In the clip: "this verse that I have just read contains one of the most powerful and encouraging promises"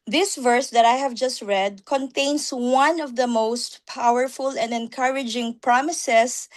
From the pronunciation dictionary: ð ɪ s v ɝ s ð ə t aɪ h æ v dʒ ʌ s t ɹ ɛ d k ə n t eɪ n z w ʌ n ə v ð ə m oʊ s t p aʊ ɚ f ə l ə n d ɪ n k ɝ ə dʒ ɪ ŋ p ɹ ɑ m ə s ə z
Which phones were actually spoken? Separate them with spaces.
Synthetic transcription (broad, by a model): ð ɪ s v ɝ s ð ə t aɪ h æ v dʒ ʌ s t ɹ ɛ d k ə n t eɪ n s w ʌ n ə v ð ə m oʊ s t p aʊ ɚ f ə l ə n d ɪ n k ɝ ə dʒ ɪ ŋ p ɹ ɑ m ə s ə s